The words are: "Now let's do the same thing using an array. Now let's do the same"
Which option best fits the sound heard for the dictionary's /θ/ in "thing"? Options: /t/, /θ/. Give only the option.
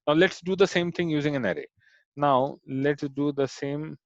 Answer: /t/